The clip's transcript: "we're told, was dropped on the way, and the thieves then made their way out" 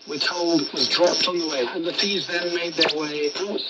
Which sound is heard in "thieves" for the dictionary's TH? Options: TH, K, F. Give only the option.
F